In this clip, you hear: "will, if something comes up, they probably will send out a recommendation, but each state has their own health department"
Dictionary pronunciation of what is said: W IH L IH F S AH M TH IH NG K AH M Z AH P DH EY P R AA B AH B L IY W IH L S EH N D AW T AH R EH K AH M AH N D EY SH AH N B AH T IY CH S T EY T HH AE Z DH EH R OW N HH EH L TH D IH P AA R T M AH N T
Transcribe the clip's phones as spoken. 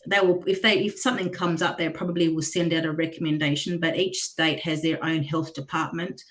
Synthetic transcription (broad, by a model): W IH L IH F S AH M TH IH NG K AH M Z AH P DH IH P R AA B AH B L IY W IH L S EH N D AW T AH R EH K AH M AH N D EY SH AH N B AH T IY CH S T EY T HH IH Z DH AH R OW N HH EH L TH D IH P AA R T M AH N T